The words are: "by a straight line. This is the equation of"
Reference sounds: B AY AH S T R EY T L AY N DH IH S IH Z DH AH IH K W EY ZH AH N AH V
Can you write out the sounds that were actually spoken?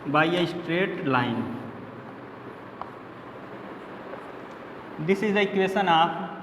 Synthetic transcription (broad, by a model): B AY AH S T R EY T L AY N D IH S IH Z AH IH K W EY SH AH N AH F